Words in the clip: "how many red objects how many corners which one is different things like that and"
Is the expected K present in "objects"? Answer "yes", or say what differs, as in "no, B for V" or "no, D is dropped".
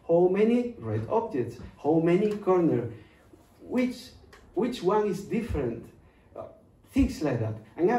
no, K is dropped